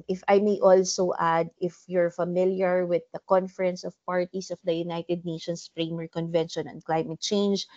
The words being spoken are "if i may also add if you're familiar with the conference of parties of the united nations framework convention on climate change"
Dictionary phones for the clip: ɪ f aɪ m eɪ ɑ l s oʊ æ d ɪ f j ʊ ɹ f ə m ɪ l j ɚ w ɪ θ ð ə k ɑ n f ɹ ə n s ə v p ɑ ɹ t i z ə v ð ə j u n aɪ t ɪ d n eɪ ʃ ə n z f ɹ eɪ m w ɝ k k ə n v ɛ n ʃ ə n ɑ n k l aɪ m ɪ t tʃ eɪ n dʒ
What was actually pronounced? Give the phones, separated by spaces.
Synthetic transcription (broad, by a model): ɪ f aɪ m eɪ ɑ l s oʊ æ d ɪ f j ʊ ɹ f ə m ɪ l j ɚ w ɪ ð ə k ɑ n f ɹ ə n s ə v p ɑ ɹ t i s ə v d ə j u n aɪ t ɪ d n eɪ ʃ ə n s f ɹ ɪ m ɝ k k ə n v ɛ n ʃ ə n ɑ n k l aɪ m ɪ t tʃ eɪ n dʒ